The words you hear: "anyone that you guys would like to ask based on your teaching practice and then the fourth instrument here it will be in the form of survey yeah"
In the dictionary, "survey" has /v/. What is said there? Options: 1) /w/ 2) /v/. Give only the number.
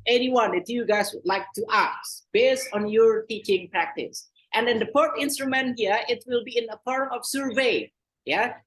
2